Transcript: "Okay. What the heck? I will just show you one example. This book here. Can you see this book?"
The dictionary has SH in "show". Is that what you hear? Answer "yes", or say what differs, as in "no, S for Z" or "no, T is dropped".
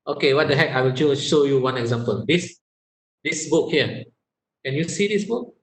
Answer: yes